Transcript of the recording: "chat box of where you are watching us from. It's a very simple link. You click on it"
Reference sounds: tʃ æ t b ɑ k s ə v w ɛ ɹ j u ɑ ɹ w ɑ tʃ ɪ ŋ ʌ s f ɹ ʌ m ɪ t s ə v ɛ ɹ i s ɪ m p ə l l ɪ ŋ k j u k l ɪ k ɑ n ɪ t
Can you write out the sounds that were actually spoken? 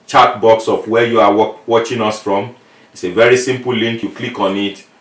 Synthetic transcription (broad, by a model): tʃ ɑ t b ɑ k s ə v w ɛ j u ɑ w w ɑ tʃ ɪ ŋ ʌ s f ɹ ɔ m ɪ t s ə v ɛ ɹ i s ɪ m p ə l l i ŋ k j u k l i k ɑ n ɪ t